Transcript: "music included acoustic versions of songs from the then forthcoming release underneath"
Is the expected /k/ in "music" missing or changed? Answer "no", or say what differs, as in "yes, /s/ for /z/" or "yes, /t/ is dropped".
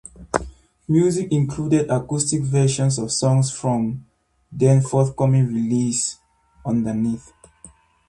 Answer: no